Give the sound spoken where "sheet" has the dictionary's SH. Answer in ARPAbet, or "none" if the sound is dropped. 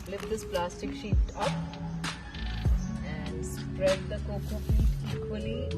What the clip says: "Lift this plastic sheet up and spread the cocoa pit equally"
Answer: SH